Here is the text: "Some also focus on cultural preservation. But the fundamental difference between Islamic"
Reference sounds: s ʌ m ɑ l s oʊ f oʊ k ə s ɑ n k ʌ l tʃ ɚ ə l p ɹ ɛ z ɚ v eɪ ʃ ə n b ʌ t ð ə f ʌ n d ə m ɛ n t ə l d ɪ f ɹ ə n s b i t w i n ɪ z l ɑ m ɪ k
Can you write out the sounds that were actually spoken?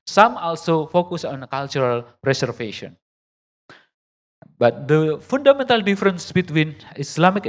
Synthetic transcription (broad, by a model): s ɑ m ɑ l s oʊ f oʊ k ə s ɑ n k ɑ l tʃ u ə l p ɹ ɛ s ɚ f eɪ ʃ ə n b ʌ t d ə f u n d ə m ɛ n t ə l d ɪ f ɹ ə n s b i t w i n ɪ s l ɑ m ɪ k